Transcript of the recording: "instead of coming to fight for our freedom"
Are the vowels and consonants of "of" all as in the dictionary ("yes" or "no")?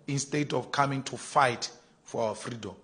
no